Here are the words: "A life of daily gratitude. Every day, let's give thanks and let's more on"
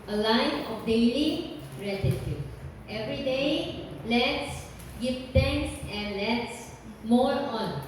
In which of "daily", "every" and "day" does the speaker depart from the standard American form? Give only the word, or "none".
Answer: none